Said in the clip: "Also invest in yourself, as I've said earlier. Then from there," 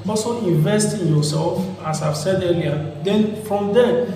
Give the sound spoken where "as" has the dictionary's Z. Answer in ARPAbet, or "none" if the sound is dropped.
S